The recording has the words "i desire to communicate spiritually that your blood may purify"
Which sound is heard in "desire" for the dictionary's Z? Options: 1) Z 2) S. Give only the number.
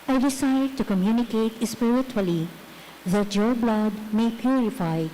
2